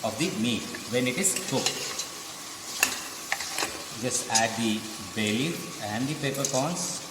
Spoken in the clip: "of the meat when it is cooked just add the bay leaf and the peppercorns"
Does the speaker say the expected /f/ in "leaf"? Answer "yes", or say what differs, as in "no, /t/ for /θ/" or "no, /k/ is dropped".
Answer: no, /f/ is dropped